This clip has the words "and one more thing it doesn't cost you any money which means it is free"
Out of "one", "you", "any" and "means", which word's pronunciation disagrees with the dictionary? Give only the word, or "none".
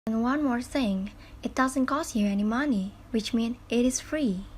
means